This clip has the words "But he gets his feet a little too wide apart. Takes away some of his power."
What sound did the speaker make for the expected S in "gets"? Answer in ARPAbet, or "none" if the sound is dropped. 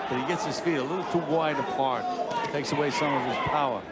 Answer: S